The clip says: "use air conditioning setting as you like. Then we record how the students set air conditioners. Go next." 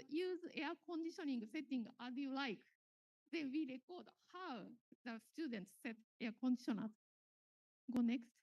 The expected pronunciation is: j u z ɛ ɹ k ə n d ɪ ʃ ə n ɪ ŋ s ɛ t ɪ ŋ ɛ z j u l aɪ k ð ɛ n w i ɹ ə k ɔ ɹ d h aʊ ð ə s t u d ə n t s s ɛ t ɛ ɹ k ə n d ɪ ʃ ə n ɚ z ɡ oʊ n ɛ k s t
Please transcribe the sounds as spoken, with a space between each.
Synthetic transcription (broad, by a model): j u z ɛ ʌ k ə n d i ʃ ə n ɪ ŋ s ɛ t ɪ ŋ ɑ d j u l aɪ k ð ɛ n w i ɹ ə k ɔ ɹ d h aʊ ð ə s t u d ə n t s s ɛ t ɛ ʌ k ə n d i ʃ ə n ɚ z ɡ oʊ n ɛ k s t